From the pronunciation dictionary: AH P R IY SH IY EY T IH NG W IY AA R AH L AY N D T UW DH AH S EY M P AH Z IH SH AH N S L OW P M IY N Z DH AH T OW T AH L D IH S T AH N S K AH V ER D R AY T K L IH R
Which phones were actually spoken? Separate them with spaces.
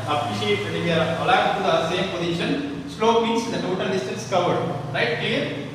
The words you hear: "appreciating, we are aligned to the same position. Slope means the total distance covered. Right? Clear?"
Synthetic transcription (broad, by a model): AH P R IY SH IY EY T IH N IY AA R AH L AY D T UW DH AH S EY M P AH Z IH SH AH N S L OW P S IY N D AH T OW T AH L D IH S T AH N S K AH V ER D R AY T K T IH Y